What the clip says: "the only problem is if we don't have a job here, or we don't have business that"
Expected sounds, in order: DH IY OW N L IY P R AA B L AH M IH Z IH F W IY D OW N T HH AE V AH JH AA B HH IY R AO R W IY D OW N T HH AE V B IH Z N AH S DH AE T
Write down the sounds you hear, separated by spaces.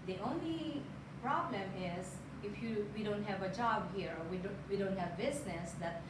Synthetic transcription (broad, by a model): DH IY OW N L IY P R AA B L AH M IH Z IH F W IY D OW N T HH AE V AH JH AA B HH IY R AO W W IY D OW N T HH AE V B IH Z N AH S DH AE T